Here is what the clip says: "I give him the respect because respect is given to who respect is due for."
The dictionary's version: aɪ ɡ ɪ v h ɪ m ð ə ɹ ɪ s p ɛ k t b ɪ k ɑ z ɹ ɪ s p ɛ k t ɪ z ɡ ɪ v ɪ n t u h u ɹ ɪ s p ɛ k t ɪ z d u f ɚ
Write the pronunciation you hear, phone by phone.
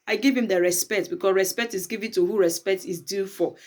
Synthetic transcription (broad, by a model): aɪ ɡ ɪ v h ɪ m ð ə ɹ ɪ s p ɛ k t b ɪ k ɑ s ɹ ɪ s p ɛ k t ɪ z ɡ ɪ v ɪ n t u h u ɹ ɪ s p ɛ k t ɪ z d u f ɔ